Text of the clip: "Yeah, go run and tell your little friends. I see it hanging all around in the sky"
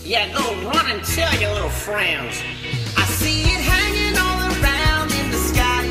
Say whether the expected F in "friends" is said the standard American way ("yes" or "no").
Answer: yes